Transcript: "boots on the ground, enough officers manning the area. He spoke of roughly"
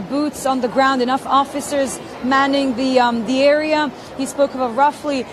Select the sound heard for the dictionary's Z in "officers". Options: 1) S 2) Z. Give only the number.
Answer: 2